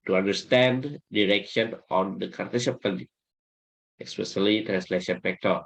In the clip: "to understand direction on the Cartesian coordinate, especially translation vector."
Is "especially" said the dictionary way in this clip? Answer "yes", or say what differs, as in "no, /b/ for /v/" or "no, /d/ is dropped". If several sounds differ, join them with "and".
no, /s/ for /ʃ/